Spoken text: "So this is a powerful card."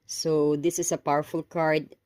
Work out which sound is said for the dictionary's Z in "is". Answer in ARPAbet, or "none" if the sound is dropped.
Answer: S